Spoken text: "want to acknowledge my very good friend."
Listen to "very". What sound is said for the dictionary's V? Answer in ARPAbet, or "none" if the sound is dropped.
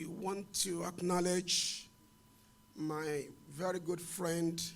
V